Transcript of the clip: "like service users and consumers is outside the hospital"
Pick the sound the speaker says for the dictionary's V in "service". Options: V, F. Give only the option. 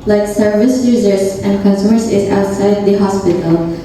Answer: V